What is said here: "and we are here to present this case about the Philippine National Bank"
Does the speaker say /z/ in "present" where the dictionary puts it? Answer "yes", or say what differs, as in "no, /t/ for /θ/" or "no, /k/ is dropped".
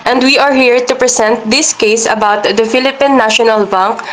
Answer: no, /s/ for /z/